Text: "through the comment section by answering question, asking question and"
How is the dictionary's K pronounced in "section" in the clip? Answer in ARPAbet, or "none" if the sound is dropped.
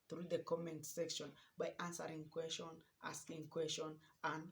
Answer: K